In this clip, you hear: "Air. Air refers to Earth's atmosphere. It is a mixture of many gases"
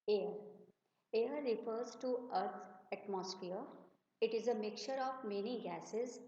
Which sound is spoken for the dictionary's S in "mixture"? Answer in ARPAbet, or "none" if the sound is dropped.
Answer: none